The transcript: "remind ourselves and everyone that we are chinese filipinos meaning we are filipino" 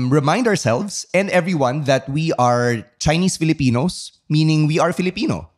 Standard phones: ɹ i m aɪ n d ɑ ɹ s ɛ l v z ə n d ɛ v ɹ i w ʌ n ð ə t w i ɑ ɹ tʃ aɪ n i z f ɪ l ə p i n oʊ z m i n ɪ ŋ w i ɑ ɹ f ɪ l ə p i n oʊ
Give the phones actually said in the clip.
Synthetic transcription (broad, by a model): ɹ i m aɪ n d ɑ ɹ s ɛ l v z ə n d ɛ v ɹ i w ʌ n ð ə t w i ɑ ɹ tʃ aɪ n i s f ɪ l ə p i n oʊ s m i n ɪ ŋ w i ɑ ɹ f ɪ l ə p i n oʊ